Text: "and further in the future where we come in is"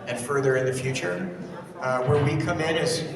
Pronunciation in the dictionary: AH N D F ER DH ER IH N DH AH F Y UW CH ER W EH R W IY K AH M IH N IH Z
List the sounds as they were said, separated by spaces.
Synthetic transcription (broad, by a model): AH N F ER DH ER IH N DH AH F Y UW CH ER W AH R W IY K AH M IH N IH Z